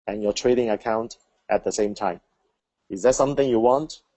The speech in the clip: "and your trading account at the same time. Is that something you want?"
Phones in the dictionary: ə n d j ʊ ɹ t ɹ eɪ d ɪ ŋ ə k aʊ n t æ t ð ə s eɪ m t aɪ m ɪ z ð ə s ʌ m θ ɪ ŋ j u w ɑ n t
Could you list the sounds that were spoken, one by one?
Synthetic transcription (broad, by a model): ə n j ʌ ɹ t ɹ eɪ d ɪ ŋ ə k aʊ n t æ t ð ə s eɪ m t aɪ m ɪ z ð ə s ʌ m θ ɪ ŋ j u w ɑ n t